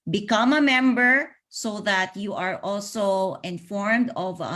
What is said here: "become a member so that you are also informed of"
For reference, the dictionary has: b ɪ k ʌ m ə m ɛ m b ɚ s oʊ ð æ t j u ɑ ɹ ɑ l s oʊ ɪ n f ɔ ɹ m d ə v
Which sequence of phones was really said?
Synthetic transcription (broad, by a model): b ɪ k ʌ m ə m ɛ m b ɚ s oʊ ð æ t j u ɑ ɹ ɑ l s oʊ ɪ n f ɔ ɹ m d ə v